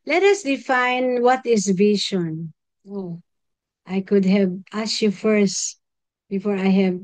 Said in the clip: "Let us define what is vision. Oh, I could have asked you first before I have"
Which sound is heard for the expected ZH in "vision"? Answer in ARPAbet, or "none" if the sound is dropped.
SH